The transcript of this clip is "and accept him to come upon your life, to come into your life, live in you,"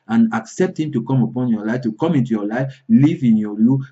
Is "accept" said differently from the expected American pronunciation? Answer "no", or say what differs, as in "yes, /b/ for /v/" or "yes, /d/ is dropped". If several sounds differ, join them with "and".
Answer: no